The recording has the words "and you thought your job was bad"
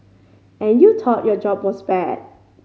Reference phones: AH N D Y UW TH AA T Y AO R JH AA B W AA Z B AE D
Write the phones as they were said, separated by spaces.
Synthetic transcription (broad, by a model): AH N Y UW T AA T Y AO JH AA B W AA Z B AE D